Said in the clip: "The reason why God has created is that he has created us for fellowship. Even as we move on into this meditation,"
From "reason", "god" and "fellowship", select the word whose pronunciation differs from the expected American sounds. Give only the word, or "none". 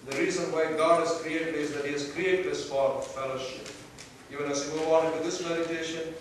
none